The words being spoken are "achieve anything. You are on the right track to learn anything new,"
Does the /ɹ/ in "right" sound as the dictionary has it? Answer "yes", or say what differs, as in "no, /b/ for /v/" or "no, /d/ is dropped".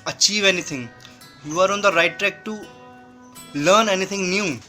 yes